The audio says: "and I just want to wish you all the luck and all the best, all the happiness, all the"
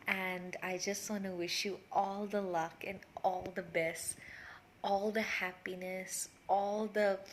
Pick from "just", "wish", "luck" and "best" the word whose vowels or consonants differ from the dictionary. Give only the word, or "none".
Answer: none